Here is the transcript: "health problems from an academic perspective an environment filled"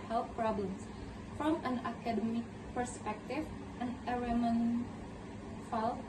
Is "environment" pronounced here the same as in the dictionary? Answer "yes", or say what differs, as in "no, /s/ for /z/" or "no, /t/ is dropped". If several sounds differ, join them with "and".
no, /v/ is dropped and /n/ is dropped